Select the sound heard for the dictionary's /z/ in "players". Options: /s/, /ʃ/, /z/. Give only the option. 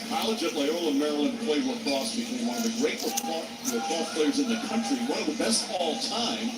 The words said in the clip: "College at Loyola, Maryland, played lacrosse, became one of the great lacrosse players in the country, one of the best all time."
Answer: /z/